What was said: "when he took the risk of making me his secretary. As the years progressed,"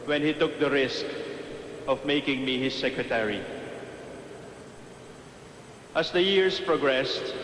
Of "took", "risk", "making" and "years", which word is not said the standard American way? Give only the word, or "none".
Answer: years